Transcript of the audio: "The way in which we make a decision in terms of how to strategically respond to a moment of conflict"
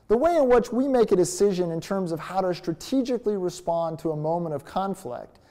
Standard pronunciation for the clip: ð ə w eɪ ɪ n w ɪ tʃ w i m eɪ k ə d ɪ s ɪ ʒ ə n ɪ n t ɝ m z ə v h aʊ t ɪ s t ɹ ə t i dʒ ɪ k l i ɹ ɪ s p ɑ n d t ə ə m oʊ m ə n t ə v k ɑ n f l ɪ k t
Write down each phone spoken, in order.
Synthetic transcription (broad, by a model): ð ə w eɪ ɪ n w ɪ tʃ w i m eɪ k ə d ɪ s ɪ ʒ ə n ɪ n t ɝ m z ə v h aʊ t ɪ s t ɹ ə t i dʒ ɪ k l i ɹ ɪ s p ɑ n t ə ə m oʊ m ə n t ə v k ɑ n f l ɪ k t